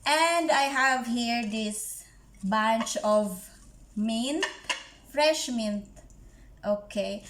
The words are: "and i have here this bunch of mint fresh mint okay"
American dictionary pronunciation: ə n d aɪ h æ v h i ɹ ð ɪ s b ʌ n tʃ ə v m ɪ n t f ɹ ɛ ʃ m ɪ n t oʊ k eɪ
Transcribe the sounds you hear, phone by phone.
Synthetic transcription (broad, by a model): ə n d aɪ h æ v h i ɹ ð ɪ s b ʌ n tʃ ə v m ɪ n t f ɹ ɛ ʃ m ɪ n t oʊ k eɪ